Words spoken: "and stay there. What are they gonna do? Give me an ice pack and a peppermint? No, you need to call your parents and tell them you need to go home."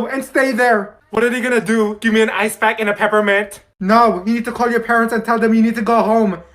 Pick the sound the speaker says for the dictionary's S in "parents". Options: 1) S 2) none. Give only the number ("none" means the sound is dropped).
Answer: 1